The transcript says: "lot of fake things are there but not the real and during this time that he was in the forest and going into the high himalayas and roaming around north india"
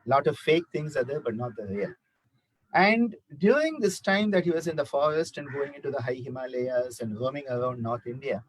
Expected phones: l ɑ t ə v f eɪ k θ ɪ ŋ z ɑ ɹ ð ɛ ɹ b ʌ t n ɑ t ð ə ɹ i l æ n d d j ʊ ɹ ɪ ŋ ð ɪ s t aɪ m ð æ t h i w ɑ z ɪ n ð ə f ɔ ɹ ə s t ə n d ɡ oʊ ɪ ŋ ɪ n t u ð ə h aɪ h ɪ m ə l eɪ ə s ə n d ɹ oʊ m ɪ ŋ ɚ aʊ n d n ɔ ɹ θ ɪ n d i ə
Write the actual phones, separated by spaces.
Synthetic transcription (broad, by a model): l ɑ t ə v f eɪ k t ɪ ŋ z ɑ ɹ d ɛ ɹ b ʌ t n ɑ t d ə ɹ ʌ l æ n d d j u ɹ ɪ ŋ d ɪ s t aɪ m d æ t h i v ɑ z ɪ n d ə f ɔ ɹ ə s t ə n d ɡ oʊ ɪ ŋ ɪ n t u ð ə h aɪ h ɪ m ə l eɪ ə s ə n d ɹ oʊ m ɪ ŋ ɚ aʊ n d n ɔ ɹ t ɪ n d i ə